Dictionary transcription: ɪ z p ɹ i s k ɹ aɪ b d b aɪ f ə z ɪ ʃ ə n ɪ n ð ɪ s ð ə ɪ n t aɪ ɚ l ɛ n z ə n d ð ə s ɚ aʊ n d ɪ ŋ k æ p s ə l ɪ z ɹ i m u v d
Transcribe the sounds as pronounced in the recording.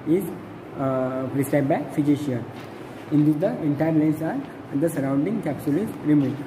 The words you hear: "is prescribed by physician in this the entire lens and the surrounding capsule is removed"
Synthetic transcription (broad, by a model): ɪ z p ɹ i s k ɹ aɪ d b aɪ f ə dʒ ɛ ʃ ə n ɪ n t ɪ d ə ɪ n t aɪ ɚ l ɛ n s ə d d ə s ɚ aʊ n d ɪ ŋ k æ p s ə l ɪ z ɹ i m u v